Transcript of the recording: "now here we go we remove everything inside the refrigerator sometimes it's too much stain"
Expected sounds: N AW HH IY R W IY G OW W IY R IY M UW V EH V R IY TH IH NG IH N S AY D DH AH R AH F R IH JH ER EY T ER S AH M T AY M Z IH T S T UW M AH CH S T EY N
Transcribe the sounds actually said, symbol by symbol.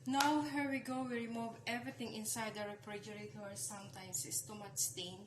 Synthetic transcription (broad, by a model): N AW HH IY R W IY G OW W IY R IY M UW V EH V R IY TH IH NG IH N S AY D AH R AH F R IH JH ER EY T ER S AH M T AY M S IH S T UW M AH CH S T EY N